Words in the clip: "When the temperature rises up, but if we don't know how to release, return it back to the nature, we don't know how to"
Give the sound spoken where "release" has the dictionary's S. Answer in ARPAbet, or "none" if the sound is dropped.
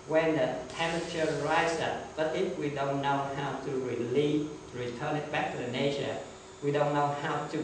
none